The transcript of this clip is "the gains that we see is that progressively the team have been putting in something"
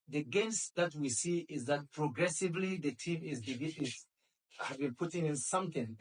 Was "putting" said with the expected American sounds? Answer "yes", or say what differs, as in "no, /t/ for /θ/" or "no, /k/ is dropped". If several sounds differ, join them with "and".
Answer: yes